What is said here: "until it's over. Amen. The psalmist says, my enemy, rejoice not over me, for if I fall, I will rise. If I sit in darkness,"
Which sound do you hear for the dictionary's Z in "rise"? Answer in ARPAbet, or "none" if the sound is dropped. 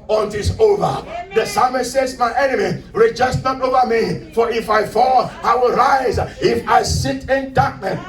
Z